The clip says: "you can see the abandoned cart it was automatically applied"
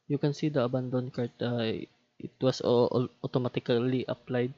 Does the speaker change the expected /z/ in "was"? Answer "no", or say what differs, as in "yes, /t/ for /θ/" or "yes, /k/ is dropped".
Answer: yes, /s/ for /z/